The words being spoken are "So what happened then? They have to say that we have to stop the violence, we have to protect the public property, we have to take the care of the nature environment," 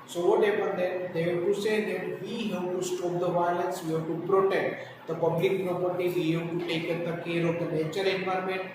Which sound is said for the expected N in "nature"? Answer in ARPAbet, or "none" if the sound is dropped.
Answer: L